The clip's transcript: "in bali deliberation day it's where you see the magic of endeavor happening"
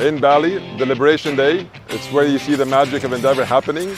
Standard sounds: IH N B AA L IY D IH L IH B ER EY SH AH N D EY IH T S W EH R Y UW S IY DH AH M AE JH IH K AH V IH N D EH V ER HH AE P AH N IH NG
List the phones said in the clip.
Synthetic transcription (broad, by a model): IH N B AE L IY D IH L IH B ER EY SH AH N D EY IH T S W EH R Y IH S IY DH AH M AE JH IH K AH V IH N D EH V ER HH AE P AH N IH NG